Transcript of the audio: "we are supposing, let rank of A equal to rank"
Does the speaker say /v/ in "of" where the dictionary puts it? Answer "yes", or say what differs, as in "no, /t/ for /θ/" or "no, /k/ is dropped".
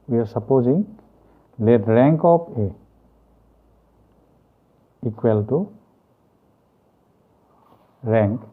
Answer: no, /p/ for /v/